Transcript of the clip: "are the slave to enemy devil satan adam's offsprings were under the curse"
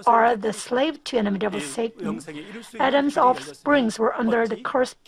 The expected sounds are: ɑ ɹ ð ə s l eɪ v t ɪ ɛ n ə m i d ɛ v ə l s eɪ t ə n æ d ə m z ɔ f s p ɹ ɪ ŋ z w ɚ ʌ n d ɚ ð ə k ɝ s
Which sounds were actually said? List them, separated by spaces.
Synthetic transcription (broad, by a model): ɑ ɹ ð ə s l eɪ v t ɪ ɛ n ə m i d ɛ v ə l s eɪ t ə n æ d ə m z ɔ f s p ɹ ɪ ŋ z w ɚ ʌ n d ɚ ð ə k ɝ s